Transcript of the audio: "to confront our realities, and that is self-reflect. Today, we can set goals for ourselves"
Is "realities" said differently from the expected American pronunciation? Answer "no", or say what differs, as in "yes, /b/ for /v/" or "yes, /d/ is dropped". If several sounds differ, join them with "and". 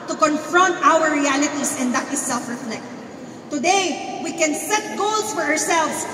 yes, /s/ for /z/